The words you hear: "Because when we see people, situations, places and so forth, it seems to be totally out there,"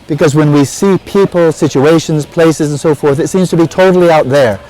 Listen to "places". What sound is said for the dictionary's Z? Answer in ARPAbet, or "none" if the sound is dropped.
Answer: Z